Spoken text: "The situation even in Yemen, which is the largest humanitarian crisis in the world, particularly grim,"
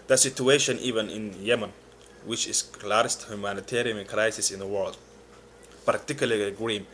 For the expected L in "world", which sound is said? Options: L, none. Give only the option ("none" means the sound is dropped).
L